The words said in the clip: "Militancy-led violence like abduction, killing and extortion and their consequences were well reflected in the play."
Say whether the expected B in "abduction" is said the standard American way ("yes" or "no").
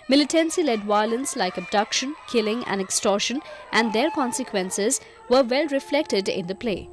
yes